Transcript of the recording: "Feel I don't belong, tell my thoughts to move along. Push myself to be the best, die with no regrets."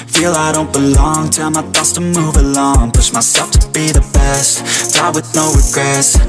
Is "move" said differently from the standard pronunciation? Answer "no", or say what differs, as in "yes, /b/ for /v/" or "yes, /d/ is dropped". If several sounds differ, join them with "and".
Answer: no